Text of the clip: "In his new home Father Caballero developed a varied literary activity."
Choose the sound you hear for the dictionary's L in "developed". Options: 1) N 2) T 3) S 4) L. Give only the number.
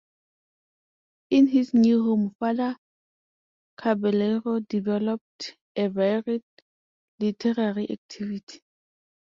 4